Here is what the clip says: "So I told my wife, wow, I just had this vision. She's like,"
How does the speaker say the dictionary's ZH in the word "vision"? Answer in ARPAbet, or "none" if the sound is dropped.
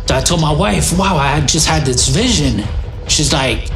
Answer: ZH